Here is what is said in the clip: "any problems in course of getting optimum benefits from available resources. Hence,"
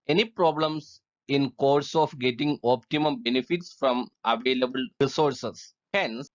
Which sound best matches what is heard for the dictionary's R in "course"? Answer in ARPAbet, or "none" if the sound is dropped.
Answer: R